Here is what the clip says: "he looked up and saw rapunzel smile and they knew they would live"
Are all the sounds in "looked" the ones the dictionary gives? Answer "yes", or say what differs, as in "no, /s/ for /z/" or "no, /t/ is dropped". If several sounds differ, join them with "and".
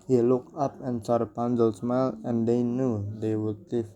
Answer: no, /t/ is dropped